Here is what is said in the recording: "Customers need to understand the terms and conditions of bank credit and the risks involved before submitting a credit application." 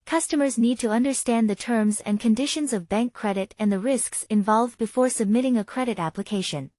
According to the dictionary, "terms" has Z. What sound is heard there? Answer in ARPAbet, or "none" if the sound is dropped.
Z